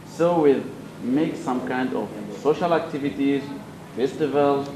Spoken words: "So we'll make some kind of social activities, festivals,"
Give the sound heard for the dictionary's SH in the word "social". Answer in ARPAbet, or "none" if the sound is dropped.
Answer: SH